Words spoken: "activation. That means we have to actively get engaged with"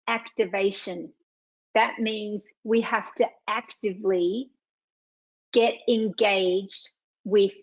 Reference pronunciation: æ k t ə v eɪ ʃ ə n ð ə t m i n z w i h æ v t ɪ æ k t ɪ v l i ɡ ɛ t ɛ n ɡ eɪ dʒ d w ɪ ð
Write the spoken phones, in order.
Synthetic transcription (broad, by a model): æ k t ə v eɪ ʃ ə n ð ə t m i n z w i h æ f t ɪ æ k t ɪ v l i ɡ ɛ t ɛ n ɡ eɪ dʒ d w ɪ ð